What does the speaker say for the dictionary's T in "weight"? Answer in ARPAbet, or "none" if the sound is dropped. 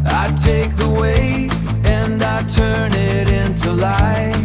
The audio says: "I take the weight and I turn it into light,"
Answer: none